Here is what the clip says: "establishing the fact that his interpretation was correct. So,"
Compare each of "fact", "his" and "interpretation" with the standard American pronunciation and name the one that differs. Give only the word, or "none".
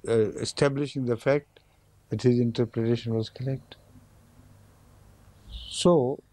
none